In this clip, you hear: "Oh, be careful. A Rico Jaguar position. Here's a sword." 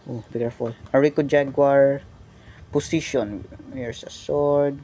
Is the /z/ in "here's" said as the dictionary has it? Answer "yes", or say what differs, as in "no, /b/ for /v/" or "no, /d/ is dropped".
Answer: no, /s/ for /z/